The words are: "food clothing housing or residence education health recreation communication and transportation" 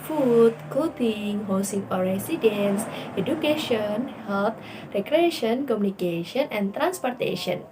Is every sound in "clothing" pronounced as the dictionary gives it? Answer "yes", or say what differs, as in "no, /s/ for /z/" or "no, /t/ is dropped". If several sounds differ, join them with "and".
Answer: no, /l/ is dropped